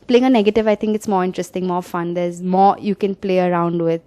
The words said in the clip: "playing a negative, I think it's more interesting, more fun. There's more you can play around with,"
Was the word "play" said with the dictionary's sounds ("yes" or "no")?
yes